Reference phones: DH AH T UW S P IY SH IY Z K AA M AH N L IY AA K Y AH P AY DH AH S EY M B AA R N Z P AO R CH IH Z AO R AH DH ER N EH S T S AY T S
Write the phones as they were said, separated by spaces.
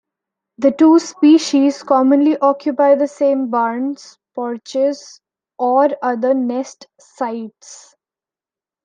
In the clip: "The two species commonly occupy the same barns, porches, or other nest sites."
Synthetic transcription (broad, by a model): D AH T UW S P IY SH IY Z K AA M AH N L IY AA K Y AH P AY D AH S EY M B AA R N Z P AO R CH IH Z AO R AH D ER N EH S T S AY T S